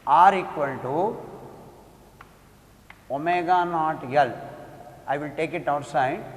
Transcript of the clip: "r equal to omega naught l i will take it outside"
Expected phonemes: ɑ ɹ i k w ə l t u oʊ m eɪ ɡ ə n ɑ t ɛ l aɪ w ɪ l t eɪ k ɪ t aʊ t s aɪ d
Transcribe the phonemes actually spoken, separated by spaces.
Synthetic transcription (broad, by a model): ɑ ɹ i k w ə n t u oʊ m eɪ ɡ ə n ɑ t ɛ l aɪ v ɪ l t eɪ k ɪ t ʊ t s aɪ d